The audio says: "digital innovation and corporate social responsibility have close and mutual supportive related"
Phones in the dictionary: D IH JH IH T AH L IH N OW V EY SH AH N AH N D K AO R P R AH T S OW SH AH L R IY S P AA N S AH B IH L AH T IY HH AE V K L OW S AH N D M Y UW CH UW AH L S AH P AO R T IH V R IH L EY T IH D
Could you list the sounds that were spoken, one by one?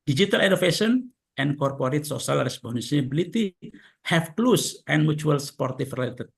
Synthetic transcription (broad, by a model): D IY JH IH T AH L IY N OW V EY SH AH N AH N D K AO R P R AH T S OW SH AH L R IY S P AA N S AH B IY L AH T IY HH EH F K L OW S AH N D M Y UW CH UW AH L S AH P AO R T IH F R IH L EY T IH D